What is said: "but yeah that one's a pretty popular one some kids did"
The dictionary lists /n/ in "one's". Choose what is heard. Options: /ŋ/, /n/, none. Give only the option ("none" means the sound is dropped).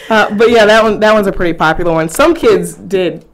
/n/